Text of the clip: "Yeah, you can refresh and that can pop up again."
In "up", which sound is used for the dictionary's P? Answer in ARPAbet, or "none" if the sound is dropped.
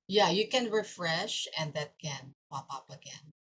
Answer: P